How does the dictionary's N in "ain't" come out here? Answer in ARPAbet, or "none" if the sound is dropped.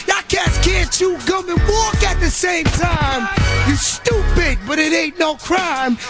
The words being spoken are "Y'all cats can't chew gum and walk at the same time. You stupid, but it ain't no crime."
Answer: none